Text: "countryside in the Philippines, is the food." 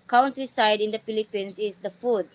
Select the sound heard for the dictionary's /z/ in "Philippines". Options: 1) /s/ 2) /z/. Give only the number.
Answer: 1